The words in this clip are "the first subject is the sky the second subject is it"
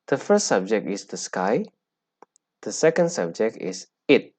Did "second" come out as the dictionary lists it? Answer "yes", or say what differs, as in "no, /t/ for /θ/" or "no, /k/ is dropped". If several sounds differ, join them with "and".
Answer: yes